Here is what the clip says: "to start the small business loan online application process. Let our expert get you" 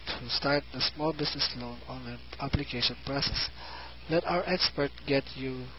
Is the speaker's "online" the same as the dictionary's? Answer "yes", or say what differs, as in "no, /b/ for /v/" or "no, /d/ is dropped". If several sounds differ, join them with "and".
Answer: no, /l/ is dropped